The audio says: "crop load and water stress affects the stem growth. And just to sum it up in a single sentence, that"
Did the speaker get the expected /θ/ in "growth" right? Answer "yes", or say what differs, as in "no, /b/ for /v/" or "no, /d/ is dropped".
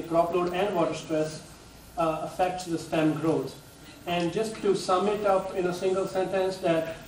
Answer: no, /t/ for /θ/